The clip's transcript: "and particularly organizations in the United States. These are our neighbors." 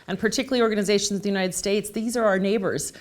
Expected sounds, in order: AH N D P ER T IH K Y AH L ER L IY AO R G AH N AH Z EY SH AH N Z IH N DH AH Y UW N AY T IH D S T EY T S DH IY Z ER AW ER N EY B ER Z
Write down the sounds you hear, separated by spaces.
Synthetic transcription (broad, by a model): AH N P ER T IH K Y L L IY AO R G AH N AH Z EY SH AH N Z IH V DH AH Y UW N AY T IH D S T EY T S DH IY Z ER AW ER N EY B ER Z